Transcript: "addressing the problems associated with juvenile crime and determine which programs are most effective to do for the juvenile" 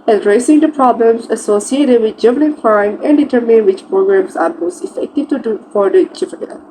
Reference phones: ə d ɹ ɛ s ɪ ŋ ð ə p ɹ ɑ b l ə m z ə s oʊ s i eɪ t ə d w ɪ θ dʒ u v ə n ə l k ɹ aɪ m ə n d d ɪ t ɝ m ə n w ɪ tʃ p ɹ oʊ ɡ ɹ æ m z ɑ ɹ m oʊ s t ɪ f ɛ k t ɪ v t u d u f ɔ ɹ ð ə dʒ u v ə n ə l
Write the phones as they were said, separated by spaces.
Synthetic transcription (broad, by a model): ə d ɹ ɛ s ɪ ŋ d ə p ɹ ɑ b l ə m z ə s oʊ s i eɪ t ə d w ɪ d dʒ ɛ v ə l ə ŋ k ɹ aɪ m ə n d d ɪ t ɝ m ə n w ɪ tʃ p ɹ oʊ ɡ ɹ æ m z ɑ ɹ m oʊ s t ɪ f ɛ k t ɪ v t u d u f ɔ ɹ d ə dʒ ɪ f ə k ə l